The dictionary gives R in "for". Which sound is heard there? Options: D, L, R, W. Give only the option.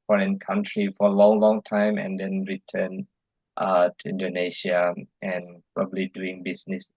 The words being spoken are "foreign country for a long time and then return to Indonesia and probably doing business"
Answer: L